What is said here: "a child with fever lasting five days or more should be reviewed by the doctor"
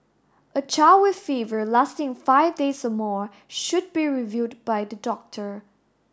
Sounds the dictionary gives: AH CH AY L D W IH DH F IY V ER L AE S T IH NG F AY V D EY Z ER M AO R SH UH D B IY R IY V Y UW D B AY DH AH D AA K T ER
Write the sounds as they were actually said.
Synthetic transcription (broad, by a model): AH CH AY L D W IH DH F IY V ER L AE S T IH NG F AY V D EY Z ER M AO R SH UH D B IY R IY V Y UW D B AY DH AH D AA K T ER